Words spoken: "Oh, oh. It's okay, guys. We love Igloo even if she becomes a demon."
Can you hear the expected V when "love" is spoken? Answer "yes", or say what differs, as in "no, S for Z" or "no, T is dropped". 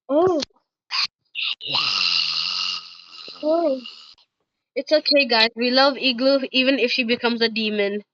yes